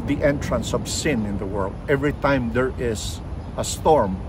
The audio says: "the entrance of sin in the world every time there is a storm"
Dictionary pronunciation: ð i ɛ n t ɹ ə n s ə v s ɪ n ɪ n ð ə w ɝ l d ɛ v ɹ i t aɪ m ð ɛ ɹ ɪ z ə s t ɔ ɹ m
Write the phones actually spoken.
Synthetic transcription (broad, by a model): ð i ɛ n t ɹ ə n s ə v s ɪ n ɪ n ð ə w ɝ l d ɛ v ɹ i t aɪ m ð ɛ ɹ ɪ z ə s t ɔ ɹ m